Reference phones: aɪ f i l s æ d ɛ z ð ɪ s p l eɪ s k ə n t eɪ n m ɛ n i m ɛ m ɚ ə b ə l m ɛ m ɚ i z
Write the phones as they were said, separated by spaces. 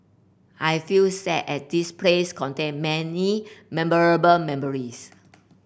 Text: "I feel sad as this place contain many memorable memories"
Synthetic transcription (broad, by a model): aɪ f i l s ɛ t ɛ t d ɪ s p l eɪ s k ə n t eɪ n m ɛ n i m ɛ m ɚ ə b ə l m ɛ m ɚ i s